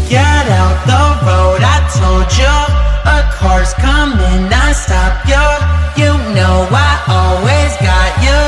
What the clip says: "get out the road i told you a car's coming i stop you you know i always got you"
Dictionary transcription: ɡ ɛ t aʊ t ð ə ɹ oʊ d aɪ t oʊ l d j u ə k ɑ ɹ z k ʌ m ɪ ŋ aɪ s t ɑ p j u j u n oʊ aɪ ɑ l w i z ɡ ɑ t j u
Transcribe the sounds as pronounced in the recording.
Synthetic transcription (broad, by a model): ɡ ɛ t aʊ t ð ə ɹ oʊ d aɪ t oʊ l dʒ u ə k ɑ ɹ s k ʌ m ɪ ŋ aɪ s t ɑ p j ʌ j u n oʊ aɪ ɑ l w i z ɡ ɑ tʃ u